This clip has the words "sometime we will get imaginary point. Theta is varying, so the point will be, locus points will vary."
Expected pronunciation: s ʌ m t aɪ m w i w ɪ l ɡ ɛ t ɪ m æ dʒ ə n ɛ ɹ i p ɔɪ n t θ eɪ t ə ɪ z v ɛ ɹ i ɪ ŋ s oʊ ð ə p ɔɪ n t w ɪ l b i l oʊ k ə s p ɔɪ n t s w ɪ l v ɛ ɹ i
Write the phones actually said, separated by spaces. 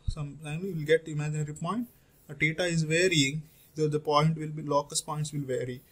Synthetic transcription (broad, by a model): s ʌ m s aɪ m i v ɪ l ɡ ɛ t ɪ m æ dʒ ə n ɛ ɹ i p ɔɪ n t t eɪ t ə ɪ z v ɛ ɹ i ɪ ŋ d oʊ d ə p ɔɪ n t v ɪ l b i l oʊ k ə s p ɔɪ n t s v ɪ l v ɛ ɹ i